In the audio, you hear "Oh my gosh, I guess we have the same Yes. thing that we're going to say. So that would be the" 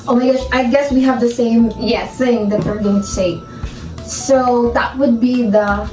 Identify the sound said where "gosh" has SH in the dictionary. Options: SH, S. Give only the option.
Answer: S